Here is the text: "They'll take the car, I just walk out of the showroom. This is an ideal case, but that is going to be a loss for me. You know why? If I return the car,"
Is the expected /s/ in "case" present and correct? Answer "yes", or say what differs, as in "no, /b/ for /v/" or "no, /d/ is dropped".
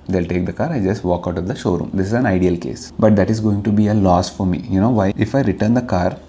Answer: yes